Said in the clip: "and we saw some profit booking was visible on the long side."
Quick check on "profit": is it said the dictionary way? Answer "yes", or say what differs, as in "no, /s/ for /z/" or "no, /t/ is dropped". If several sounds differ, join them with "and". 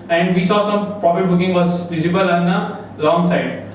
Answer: no, /p/ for /f/